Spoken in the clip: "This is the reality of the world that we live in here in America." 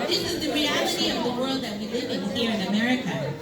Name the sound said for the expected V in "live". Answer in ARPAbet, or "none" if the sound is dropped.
V